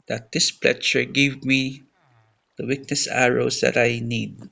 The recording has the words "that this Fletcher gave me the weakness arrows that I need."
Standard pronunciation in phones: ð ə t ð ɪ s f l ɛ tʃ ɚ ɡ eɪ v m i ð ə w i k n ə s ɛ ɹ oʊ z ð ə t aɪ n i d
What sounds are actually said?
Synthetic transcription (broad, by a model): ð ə t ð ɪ s p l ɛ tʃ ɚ ɡ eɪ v m i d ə w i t n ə s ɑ ɹ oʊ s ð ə t aɪ n i d